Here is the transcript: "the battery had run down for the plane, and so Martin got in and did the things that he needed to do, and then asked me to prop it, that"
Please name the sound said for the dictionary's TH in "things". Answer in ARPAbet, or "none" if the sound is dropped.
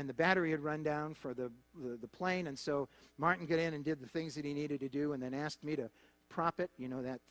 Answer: TH